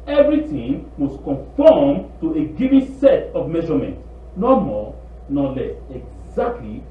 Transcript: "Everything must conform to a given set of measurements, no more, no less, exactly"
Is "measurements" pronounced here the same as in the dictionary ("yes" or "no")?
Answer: no